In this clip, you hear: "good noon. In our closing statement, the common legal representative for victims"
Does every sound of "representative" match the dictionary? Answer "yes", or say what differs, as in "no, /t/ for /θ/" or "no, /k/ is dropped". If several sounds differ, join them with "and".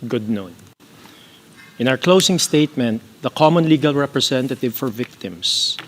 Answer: no, /s/ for /z/